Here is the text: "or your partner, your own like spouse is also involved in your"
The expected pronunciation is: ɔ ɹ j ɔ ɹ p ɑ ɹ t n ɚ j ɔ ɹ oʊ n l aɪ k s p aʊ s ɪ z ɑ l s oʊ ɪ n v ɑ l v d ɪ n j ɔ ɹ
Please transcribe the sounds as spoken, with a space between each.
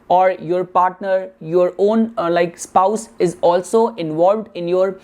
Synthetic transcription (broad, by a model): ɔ ɹ j ɔ ɹ p ɑ ɹ t n ɚ j ɔ ɹ oʊ n l aɪ k s p aʊ s ɪ z ɑ l s oʊ ɪ n v ɑ l v d ɪ n j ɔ ɹ